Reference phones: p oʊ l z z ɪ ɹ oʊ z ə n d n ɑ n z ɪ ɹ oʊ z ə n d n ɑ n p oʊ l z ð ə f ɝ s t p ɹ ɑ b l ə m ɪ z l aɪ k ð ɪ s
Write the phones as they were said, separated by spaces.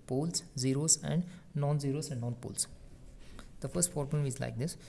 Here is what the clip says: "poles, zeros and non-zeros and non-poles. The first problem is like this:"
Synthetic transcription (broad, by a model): p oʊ l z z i ɹ oʊ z ə n d n ɑ n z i ɹ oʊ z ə n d n ɑ n p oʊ l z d ə f ɝ s t f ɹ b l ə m ɪ z l aɪ k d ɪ s